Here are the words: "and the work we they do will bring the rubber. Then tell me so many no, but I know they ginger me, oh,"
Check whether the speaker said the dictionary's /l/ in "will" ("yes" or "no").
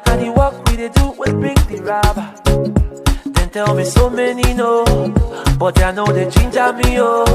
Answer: no